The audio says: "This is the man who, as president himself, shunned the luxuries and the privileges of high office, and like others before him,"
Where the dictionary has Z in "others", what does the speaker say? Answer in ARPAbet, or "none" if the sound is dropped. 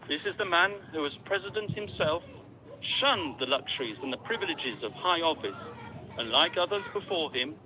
Z